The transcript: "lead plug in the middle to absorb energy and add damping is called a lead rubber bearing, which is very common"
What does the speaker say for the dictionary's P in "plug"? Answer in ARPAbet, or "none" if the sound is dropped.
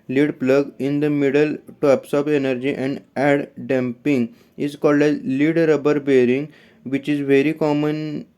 P